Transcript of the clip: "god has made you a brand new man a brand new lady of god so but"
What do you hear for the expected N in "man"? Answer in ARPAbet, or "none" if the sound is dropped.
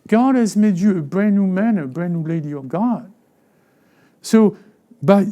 N